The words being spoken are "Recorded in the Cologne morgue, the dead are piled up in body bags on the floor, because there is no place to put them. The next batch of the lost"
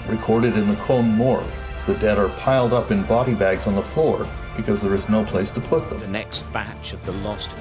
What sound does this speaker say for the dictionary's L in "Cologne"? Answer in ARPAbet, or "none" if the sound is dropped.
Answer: none